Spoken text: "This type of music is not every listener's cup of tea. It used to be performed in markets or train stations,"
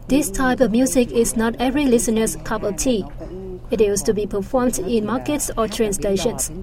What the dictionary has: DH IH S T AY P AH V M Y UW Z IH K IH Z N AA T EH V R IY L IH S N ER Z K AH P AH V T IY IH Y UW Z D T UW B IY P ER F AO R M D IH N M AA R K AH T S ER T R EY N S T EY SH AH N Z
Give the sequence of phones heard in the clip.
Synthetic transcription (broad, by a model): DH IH S T AY P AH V M Y UW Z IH K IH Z N AA T EH V R IY L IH S N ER S K AH P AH T IY IH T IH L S T UW B IY P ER F AO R M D IH N M AA K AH T S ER T R EY N S T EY SH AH N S